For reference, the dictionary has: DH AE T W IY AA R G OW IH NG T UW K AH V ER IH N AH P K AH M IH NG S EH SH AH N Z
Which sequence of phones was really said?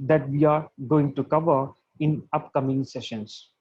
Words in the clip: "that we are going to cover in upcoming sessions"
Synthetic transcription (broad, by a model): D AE T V IY AA R G OW IH NG T UW K AH V ER IH N AH P K AH M IH NG S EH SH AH N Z